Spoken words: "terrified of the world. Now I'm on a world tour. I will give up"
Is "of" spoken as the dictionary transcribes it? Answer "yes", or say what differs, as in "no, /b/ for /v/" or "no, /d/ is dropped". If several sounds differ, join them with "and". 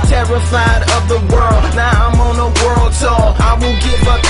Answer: yes